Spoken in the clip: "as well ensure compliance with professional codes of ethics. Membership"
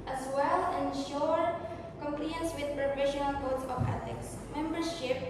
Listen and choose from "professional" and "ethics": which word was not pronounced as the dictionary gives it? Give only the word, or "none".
ethics